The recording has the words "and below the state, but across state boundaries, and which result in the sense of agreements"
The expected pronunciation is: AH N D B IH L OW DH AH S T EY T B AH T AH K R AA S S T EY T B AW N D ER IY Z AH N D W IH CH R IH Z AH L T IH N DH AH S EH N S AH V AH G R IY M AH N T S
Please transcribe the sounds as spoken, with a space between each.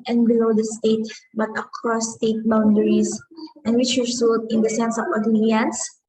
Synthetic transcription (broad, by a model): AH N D B IH L OW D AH S T EY T B AH T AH K R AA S S T EY T B AW N D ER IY S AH N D W IH CH W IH S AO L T IH N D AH S EH N S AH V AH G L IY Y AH N S